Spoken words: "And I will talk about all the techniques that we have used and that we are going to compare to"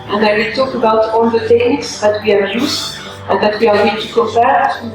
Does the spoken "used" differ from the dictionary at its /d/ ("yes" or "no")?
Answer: yes